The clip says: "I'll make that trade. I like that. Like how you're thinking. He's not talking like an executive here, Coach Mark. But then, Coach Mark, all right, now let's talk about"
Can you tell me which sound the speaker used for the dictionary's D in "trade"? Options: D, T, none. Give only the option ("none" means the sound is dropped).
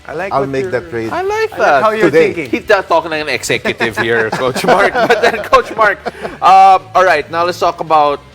none